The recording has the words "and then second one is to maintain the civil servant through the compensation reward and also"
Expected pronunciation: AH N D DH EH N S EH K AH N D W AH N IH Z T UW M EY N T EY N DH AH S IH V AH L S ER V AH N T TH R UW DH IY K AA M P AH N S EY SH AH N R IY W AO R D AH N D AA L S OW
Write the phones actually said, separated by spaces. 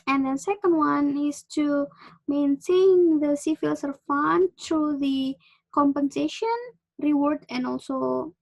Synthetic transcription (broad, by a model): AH N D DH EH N S EH K AH N D W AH N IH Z T UW M EY N T EY N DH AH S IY F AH L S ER F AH N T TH R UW DH IY K AA M P AH N S EY SH AH N R IY W AO R D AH N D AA L S OW